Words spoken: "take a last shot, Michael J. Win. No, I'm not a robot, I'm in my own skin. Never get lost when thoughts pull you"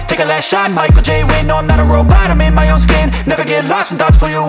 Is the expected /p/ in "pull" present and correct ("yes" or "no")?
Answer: no